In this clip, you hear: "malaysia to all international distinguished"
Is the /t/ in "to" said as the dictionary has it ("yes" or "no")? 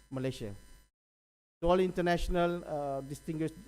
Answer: no